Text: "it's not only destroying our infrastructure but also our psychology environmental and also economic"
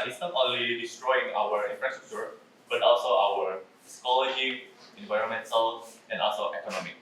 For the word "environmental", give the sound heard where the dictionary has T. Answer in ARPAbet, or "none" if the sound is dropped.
S